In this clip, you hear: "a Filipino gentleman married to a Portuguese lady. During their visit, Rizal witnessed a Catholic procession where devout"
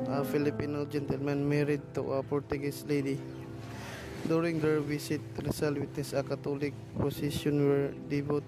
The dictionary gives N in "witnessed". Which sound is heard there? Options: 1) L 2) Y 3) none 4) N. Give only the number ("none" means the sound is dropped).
3